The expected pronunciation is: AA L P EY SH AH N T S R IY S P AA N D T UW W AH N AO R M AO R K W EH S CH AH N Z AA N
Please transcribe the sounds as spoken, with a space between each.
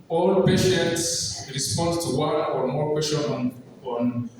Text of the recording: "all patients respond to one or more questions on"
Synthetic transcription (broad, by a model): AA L P EY SH AH N T S R IY S P AA N D T UW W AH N AO R M AO R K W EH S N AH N AA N